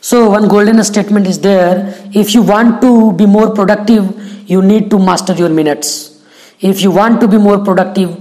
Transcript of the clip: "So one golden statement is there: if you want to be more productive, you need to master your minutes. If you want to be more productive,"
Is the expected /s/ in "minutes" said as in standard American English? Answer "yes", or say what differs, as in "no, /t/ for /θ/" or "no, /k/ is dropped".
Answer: yes